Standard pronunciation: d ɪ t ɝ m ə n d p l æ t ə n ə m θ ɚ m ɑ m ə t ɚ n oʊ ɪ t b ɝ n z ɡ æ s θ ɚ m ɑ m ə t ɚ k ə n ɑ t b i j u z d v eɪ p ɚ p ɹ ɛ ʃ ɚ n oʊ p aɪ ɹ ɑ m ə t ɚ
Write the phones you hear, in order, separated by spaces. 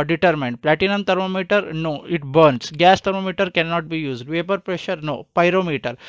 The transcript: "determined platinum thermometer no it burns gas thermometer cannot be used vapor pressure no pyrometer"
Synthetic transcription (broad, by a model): d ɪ t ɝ m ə n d p l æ t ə n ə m t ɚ m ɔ m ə t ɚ n oʊ ɪ t b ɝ n s ɡ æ s t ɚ m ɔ m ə t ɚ k ə n ɑ t b i j u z d v eɪ p ɚ p ɹ ɛ ʃ ɚ n oʊ p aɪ ɹ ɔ m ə t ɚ